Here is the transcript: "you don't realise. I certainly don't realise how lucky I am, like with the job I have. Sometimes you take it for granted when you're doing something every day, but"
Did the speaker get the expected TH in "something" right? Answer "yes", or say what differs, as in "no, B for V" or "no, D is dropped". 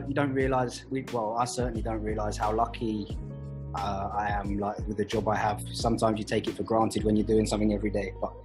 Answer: yes